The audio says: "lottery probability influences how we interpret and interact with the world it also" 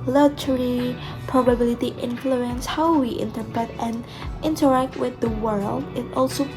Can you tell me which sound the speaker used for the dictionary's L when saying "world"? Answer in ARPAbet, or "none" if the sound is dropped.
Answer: L